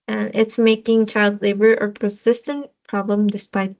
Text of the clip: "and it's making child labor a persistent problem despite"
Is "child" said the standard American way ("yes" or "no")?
yes